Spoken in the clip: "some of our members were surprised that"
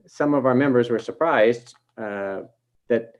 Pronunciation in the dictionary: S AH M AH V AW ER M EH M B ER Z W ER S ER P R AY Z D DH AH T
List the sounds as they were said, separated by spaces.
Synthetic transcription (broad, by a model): S AH M AH V AW ER M EH M B ER Z W ER S ER P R AY Z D DH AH T